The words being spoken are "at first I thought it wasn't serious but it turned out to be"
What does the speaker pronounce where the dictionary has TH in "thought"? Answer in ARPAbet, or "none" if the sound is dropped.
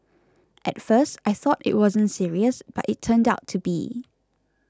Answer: TH